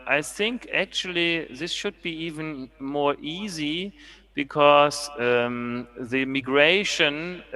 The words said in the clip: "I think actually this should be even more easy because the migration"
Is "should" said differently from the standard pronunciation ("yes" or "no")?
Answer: no